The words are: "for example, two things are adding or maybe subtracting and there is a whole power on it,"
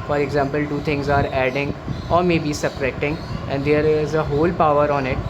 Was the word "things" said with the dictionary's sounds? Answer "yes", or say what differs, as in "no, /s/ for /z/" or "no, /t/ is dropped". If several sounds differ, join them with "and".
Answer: no, /t/ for /θ/